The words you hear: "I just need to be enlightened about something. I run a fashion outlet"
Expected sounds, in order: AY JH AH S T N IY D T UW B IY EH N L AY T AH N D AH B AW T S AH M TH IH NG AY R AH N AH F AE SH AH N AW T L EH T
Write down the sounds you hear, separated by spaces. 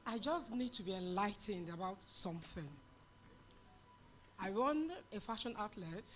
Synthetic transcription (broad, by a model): AY JH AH S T N IY D T UW B IY EH N L AY T AH N D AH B AW T S AH M TH IH NG AY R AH N AH F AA SH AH N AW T L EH T